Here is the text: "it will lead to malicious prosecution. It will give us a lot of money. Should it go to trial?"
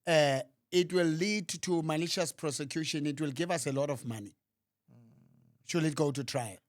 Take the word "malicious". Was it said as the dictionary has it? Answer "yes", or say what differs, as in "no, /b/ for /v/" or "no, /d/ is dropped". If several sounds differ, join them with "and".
no, /n/ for /l/